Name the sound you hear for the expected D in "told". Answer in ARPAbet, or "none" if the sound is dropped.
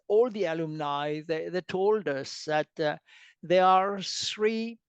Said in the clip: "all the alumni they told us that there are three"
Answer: D